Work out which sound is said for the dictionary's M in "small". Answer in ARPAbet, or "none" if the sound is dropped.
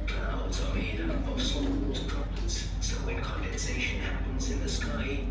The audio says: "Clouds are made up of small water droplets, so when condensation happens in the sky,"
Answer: none